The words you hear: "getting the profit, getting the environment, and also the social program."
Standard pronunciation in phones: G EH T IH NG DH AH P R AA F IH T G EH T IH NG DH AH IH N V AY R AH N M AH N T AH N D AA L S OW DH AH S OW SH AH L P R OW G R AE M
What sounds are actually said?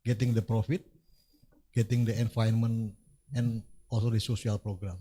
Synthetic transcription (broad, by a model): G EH T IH NG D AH P R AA F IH T G EH T IH NG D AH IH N F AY AH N M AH N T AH N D AA L S OW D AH S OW S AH L P R OW G R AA M